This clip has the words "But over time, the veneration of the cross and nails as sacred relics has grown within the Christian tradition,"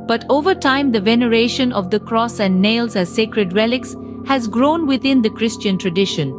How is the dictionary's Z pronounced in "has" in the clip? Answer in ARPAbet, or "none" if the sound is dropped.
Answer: Z